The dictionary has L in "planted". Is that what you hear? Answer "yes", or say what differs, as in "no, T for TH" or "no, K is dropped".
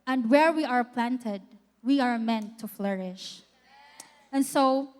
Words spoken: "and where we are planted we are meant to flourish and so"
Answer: yes